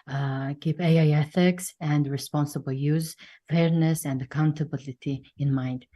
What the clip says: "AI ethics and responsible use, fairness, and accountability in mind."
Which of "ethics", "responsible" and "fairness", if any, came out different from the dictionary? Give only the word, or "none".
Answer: none